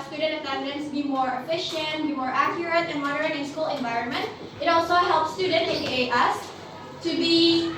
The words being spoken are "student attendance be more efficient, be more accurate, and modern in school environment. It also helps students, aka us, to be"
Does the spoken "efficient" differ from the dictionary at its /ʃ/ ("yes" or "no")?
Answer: no